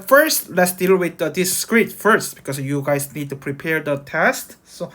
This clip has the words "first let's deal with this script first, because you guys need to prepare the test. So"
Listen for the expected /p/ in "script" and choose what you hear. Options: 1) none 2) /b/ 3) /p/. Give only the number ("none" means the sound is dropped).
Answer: 1